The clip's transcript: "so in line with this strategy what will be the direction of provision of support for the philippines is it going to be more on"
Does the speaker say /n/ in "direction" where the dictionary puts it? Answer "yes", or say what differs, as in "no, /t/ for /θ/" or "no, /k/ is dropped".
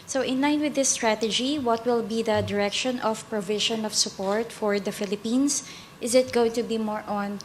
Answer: yes